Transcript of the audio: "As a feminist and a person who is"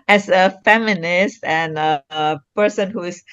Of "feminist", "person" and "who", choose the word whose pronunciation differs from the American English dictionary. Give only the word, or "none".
none